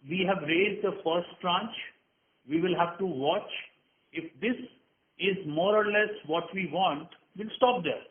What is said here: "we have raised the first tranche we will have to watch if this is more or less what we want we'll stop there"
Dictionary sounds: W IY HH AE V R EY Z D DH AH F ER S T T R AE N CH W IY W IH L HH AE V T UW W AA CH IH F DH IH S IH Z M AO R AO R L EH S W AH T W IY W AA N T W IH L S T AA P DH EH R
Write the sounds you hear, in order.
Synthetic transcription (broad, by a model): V IY HH AE V R EY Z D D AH F ER S T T R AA N CH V IY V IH L HH AE V T UW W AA CH IH F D IH S IH Z M AO R AO R L EH S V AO T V IY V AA N T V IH L S T AA P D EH R